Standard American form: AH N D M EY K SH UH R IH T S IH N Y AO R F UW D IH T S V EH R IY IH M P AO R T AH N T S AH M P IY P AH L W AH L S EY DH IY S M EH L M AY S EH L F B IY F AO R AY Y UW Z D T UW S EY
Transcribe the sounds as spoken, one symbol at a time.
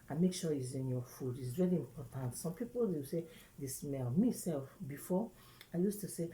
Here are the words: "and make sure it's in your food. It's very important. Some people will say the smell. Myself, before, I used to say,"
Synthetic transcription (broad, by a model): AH M EY K SH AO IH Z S IH N Y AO F UW D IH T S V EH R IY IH M P AO T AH N T S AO M P IY P AH L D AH W S EY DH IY S M EH L M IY S EH L F B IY F AO AY Y UW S T UW S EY